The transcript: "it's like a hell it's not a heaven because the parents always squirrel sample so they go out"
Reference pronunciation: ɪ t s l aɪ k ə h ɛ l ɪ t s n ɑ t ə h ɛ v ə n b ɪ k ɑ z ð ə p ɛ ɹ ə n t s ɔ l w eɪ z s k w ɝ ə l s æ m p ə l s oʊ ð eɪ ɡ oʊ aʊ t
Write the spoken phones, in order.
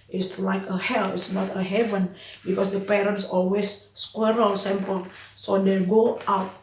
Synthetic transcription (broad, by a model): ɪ t s l aɪ k ə h ɛ l ɪ t s n ɑ t ə h ɛ v ə n b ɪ k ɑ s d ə p ɛ ɹ ə n t s ɔ l w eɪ s k w ɝ ə l s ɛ m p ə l s oʊ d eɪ ɡ oʊ aʊ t